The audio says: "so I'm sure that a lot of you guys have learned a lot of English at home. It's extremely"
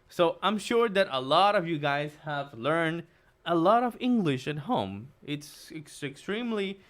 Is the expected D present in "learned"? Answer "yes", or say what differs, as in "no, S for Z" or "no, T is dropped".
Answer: yes